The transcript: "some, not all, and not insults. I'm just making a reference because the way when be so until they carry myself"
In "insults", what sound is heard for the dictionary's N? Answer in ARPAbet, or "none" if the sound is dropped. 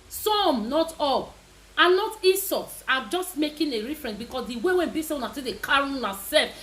none